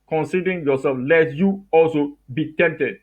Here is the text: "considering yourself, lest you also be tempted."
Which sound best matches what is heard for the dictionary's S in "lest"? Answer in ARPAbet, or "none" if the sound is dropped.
none